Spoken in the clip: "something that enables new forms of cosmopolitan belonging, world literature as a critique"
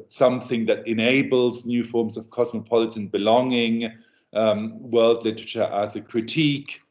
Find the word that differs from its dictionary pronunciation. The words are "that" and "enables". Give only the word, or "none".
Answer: none